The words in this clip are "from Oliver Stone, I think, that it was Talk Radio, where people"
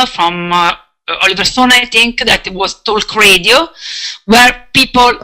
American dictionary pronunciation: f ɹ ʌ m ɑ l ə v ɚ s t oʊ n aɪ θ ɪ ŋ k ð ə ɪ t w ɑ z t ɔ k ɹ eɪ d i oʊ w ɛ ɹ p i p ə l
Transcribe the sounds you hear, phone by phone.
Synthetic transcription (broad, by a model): f ɹ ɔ m ɑ l ə v ɚ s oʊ n aɪ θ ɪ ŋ k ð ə t w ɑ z t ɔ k ɹ eɪ d i oʊ w ɛ ɹ p i p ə l